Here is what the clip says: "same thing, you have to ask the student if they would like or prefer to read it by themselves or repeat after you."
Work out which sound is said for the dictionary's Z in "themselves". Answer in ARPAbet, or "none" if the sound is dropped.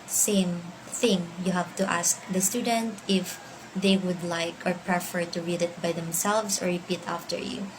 S